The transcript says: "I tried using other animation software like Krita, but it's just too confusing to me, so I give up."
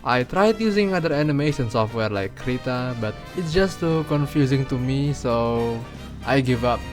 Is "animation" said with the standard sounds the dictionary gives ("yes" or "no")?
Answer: no